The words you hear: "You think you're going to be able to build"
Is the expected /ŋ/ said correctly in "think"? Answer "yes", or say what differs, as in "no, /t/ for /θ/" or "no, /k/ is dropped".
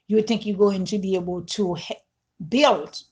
yes